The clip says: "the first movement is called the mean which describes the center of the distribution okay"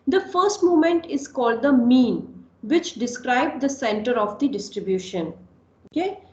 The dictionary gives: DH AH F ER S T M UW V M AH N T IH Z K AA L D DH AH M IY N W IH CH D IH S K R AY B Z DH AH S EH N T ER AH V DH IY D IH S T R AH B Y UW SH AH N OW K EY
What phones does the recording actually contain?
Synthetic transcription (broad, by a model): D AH F ER S T M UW M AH N T IH Z K AA L D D AH M IY N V IH CH D IH S K R AY B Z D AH S EH N T ER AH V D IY D IH S T R AH B Y UW SH AH N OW K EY